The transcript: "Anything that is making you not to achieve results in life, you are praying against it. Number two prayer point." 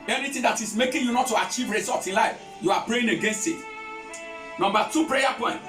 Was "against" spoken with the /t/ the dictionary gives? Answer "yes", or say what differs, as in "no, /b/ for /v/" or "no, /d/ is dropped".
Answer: yes